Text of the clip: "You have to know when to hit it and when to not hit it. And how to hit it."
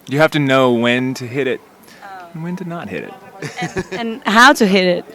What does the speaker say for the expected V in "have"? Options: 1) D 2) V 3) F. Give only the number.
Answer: 3